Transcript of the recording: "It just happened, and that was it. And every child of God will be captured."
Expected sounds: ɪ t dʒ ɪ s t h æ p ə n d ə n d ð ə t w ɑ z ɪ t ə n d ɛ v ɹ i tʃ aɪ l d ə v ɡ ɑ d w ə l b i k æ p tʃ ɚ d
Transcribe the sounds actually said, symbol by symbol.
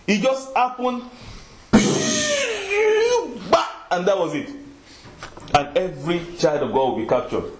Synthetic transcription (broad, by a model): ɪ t dʒ ɪ s t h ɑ p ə n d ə n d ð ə t w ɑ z ɪ t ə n ɛ v ɹ i tʃ aɪ l d ə v ɡ ɑ d w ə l b i k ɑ p tʃ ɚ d